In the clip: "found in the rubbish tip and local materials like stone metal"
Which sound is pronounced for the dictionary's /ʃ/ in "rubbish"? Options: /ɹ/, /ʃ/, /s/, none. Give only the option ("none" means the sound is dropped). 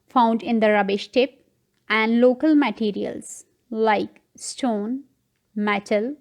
/ʃ/